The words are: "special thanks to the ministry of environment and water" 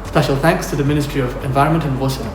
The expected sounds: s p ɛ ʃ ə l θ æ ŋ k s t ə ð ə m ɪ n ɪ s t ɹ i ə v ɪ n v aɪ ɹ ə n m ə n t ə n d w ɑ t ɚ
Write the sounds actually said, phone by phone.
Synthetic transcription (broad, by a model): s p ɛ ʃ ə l θ æ ŋ k s t ə ð ə m ɪ n ɪ s t ɹ i ə v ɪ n v aɪ ɹ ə n m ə n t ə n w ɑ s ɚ